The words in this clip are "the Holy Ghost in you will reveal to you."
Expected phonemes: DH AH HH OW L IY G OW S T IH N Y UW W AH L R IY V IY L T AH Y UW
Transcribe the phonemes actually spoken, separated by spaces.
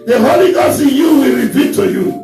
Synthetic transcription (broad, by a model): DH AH HH OW L IY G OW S IH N Y UW W AH L R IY P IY T AH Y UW